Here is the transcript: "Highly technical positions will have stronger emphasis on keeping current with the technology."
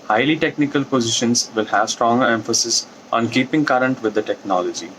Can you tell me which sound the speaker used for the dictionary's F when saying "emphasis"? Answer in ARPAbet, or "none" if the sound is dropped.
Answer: F